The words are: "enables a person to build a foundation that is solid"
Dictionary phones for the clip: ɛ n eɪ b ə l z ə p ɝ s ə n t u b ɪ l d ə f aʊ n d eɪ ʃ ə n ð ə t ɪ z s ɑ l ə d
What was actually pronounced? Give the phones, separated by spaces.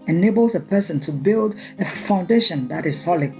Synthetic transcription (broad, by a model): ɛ n eɪ b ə l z ə p ɝ s ə n t u b ɪ l d ə f aʊ n d eɪ ʃ ə n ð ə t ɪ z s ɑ l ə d